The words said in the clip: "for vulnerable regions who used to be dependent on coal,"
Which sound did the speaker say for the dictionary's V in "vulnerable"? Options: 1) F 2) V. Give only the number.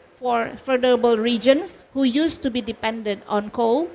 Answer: 1